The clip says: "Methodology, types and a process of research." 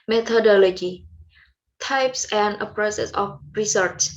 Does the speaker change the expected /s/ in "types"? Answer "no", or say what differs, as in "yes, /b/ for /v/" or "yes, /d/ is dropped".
no